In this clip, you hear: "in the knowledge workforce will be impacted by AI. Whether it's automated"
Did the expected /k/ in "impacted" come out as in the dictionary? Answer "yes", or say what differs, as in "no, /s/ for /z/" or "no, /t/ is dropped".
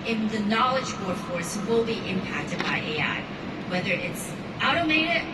yes